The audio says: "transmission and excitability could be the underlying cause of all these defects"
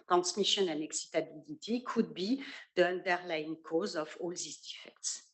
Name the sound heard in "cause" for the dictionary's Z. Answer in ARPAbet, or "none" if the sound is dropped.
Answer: Z